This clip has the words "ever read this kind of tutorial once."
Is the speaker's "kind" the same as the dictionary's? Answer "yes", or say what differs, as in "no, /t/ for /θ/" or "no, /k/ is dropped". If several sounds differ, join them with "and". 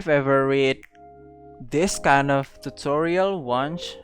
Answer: yes